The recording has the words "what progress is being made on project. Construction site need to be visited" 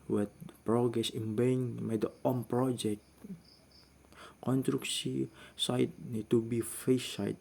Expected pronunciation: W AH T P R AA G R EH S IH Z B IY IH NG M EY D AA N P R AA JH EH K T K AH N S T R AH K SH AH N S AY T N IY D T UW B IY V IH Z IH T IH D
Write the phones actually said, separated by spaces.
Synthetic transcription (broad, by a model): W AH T P R AA G R EH S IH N B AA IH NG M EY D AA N P R AA JH EH K T K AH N T R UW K S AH S AY T N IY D T UW B IY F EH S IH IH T